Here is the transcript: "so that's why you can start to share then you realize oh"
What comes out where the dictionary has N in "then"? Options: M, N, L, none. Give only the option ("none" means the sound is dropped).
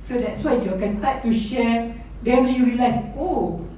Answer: L